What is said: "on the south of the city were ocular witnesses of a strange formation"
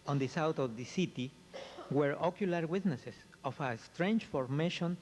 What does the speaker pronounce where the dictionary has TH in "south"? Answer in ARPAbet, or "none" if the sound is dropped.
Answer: T